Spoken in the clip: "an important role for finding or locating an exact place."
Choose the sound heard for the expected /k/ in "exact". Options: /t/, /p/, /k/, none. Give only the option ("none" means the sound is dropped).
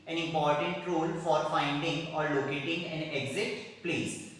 none